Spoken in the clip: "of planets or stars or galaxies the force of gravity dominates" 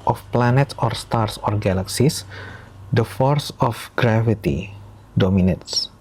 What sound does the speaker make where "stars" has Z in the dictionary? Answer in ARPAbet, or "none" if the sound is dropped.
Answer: S